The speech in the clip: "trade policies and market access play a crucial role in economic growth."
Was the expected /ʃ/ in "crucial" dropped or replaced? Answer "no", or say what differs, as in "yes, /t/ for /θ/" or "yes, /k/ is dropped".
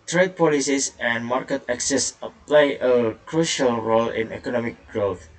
no